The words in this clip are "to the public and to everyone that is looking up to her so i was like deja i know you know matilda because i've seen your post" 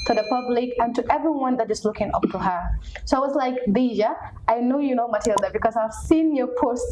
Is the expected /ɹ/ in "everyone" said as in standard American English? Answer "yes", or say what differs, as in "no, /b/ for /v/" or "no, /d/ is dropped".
yes